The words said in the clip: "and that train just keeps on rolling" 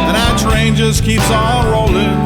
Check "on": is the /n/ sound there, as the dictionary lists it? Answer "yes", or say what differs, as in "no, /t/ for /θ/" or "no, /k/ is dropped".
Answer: no, /l/ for /n/